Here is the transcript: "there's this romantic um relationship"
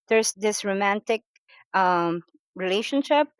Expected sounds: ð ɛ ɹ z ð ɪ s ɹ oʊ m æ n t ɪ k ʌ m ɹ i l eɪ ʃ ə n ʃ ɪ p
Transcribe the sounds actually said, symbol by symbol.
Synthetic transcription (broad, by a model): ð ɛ ɹ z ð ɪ s ɹ oʊ m æ n t ɪ k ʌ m ɹ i l eɪ ʃ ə n ʃ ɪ p